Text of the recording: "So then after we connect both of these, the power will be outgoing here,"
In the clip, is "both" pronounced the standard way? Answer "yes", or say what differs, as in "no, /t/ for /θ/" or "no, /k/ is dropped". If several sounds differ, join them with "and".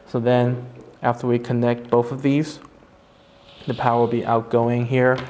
yes